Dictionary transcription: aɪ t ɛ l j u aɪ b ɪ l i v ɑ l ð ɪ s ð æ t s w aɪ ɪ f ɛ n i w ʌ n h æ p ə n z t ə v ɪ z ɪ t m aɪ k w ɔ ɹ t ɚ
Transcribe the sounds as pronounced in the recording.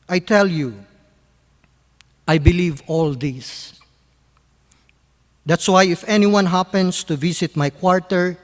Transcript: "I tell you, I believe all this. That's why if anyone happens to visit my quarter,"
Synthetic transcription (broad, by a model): aɪ t ɛ l j u aɪ b ɪ l i v ɑ l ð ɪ s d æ t s w aɪ ɪ f ɛ n i w ʌ n h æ p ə n s t ə v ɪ s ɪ t m aɪ k w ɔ ɹ t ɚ